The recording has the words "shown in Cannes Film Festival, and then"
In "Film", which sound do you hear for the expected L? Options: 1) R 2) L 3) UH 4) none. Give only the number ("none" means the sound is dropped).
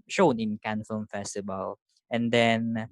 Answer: 4